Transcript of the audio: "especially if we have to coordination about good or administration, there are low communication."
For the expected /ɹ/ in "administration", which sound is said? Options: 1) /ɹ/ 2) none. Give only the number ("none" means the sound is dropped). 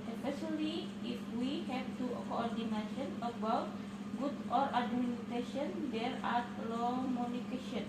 2